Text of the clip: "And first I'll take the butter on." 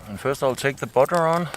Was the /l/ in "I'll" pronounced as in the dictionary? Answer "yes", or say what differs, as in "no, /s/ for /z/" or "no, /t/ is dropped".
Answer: yes